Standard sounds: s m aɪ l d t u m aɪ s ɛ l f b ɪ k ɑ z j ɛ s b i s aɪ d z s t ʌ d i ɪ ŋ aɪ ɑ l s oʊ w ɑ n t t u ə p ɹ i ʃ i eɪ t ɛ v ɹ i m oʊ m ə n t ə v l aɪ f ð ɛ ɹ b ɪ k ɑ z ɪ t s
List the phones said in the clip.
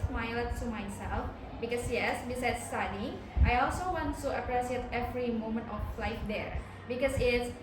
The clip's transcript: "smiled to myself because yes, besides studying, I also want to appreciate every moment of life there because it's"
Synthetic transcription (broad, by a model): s m aɪ l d t u m aɪ s ɛ l f b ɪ k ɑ s j ɛ s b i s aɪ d s t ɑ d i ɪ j ɑ l s oʊ w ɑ n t t u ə p ɹ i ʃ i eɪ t ɛ v ɹ i m oʊ m ə n t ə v l aɪ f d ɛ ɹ b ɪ k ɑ s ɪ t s